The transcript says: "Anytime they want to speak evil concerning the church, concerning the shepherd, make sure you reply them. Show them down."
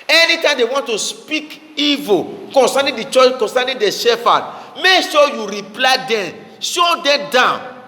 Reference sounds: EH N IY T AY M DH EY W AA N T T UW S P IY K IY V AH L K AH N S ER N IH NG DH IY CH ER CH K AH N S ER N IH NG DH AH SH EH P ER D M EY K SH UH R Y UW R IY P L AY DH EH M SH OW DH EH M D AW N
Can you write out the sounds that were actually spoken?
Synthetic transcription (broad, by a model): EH N IY T AY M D EY W AA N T T UW S P IY K IY V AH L K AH N S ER N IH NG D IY CH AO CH K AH N S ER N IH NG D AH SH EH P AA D M EY K SH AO Y UW R IY P L AY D EH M SH OW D EH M D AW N